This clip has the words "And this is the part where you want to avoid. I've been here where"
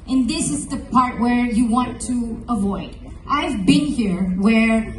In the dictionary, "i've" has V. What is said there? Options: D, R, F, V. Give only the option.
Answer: V